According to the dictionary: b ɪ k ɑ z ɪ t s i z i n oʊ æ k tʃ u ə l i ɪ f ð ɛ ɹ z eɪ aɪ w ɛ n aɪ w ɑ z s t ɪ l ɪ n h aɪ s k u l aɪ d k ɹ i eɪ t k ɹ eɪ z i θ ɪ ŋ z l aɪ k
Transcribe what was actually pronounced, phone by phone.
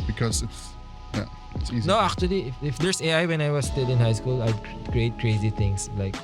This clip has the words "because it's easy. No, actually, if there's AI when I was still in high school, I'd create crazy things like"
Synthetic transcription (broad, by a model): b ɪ k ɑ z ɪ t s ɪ s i n oʊ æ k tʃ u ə l i ɪ f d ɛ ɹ s eɪ aɪ w ɛ n aɪ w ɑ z s t ɪ l ɪ n h aɪ s k u l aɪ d k ɹ i eɪ t k ɹ eɪ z i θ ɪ ŋ s l aɪ k